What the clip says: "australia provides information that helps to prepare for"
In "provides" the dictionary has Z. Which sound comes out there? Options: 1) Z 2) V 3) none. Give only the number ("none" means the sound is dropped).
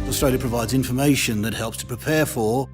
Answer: 1